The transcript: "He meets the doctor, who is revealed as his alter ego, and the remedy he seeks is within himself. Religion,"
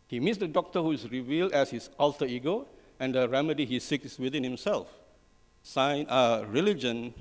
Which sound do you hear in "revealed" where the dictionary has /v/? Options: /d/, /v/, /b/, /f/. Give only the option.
/v/